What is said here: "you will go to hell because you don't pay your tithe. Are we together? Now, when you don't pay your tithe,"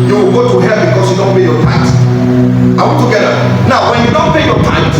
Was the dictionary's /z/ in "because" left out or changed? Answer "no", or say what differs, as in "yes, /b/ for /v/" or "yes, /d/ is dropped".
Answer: yes, /s/ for /z/